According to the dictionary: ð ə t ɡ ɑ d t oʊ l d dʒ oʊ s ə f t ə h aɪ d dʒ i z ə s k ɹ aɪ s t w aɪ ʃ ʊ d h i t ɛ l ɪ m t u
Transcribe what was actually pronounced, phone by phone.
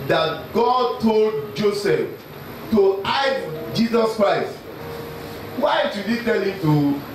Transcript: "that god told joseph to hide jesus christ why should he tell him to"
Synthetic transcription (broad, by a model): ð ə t ɡ ɑ d t oʊ l d dʒ oʊ s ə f t ə aɪ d dʒ i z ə s k ɹ aɪ s t w aɪ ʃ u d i t ɛ l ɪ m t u